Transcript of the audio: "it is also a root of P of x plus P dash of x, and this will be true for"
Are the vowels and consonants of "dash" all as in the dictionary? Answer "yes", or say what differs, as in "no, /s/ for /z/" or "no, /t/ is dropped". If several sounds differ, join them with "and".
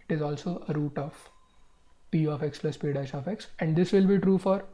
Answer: no, /s/ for /ʃ/